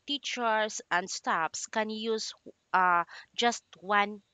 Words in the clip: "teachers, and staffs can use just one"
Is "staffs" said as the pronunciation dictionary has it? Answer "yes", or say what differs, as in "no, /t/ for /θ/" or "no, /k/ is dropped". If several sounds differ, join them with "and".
no, /p/ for /f/